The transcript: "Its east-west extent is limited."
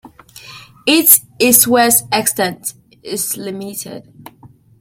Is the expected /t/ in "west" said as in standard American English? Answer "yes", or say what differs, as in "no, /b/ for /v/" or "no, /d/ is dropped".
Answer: no, /t/ is dropped